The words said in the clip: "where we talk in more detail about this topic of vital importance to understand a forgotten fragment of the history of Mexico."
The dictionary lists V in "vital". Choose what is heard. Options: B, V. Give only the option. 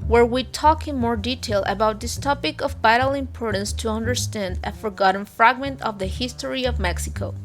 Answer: B